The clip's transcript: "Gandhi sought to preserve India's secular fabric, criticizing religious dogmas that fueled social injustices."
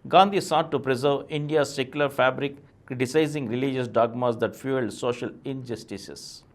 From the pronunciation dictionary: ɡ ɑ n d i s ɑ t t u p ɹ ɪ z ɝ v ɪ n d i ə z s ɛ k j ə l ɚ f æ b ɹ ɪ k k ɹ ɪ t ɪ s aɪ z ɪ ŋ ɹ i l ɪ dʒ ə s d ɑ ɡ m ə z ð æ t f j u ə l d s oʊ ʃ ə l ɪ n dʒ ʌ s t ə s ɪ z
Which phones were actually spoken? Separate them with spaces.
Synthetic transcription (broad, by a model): ɡ ɑ n d i s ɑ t t u p ɹ ɪ z ɝ v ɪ n d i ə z s ɛ k j ə l ɚ f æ b ɹ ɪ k k ɹ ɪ t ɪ s aɪ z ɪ ŋ ɹ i l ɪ dʒ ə s d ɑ ɡ m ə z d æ t f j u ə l d s oʊ ʃ ə l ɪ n dʒ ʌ s t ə s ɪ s